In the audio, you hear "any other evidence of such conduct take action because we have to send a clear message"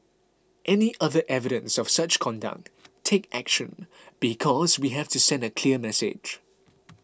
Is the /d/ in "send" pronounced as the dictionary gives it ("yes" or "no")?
yes